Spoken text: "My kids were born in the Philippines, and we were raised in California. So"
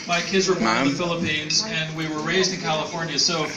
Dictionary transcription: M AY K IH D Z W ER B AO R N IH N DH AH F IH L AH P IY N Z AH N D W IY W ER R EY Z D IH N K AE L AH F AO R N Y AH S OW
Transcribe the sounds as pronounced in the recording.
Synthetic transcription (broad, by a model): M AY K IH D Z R IH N DH AH F IH L AH P IY N Z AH N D W IY W ER R EY Z D IH N K AE L AH F AO R N Y AH S OW